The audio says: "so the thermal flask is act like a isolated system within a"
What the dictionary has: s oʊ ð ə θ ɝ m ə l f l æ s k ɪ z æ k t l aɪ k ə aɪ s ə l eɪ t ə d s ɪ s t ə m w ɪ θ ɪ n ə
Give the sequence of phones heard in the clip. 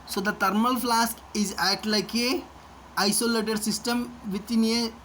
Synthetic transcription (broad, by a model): s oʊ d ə t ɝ m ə l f l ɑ s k ɪ z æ t l aɪ k ə aɪ s ə l eɪ t ə d s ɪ s t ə m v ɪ t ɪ n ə